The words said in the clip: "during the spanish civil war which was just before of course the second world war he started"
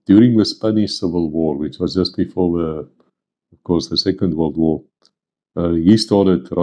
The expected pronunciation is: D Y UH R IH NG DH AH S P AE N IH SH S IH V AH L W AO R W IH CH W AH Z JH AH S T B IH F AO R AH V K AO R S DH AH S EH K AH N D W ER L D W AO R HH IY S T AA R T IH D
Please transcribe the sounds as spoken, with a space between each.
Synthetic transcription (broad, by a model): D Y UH R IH NG DH AH S P AE N IH SH S IH V AH L W AO R W IH CH W AH Z JH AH S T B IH F AO R AH V K AO R S DH AH S EH K AH N D W ER L D W AO R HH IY S T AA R T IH D